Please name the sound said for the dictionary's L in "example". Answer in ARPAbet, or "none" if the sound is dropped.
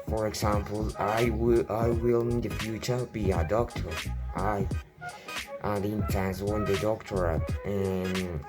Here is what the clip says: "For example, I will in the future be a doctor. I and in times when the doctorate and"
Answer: W